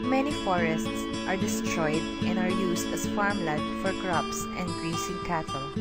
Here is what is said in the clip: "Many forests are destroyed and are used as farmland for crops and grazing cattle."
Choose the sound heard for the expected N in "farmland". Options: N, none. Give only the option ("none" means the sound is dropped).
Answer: none